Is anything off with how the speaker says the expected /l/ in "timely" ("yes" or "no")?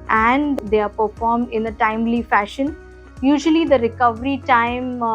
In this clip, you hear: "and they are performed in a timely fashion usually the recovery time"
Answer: no